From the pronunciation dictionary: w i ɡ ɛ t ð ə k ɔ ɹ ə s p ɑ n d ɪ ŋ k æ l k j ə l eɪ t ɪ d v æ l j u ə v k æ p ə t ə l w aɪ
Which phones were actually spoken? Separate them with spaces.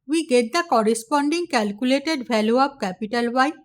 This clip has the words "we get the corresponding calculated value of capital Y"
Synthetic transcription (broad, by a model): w i ɡ ɛ t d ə k ɔ ɹ ə s p ɑ n d ɪ ŋ k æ l k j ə l eɪ t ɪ d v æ l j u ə p k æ p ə t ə l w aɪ